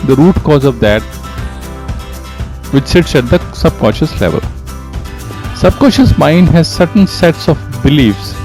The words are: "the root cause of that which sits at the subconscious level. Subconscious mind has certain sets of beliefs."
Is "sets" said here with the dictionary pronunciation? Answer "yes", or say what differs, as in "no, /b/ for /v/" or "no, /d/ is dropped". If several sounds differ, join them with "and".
yes